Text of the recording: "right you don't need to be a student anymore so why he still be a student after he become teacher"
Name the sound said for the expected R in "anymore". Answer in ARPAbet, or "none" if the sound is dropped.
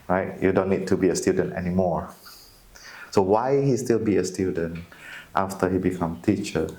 R